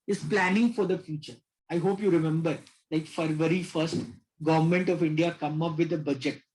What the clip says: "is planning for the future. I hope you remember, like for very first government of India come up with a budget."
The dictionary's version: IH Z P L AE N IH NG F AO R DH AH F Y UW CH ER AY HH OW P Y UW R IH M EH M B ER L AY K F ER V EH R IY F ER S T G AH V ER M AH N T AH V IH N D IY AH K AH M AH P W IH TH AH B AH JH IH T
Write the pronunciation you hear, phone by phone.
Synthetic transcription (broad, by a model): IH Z P L AE N IH NG F AO R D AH F Y UW CH ER AY HH OW P Y UW R IH M EH M B ER L AY K F ER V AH R IY F ER S T G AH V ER M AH N T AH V IH N D IY AH K AH M AH P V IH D AH B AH JH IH T